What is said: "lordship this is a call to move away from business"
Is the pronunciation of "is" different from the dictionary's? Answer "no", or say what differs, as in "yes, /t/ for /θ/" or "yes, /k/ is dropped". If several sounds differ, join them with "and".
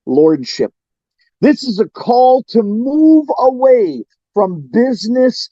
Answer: no